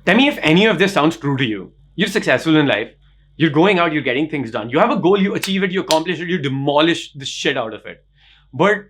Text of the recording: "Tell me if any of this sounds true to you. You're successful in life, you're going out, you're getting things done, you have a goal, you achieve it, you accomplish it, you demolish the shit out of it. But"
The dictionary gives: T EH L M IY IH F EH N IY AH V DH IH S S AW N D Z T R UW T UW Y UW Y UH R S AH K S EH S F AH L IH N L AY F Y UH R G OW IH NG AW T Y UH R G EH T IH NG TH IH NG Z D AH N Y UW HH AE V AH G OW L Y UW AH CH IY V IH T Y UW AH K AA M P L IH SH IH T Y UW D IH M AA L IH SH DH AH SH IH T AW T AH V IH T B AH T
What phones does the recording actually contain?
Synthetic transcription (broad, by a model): T EH L M IY IH F EH N IY AH V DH IH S S AW N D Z T R UW T UW Y UW Y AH R S AH K S EH S F AH L IH N L AY F Y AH R G OW IH NG AW T Y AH R G EH T IH NG T IH NG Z D AH N Y UW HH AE V AH G OW L Y UW AH CH IY V IH T Y UW AH K AA M P L IH SH IH T Y UW D IH M AA L IH SH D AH SH IH T AW T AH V IH T B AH T